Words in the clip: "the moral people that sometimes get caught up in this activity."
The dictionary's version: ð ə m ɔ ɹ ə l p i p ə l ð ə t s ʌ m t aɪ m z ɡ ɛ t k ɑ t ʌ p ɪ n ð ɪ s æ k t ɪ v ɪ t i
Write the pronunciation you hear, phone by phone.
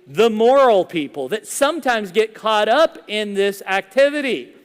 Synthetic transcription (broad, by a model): ð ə m ɔ ɹ l p i p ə l ð ə t s ʌ m t aɪ m z ɡ ɛ t k ɑ t ʌ p ɪ n ð ɪ s æ k t ɪ v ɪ t i